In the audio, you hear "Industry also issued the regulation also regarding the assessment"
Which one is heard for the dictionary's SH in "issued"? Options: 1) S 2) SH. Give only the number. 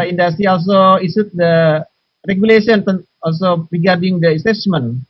1